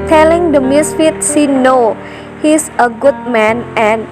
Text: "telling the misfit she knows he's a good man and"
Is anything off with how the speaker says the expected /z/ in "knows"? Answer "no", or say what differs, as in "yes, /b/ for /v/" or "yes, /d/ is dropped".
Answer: yes, /z/ is dropped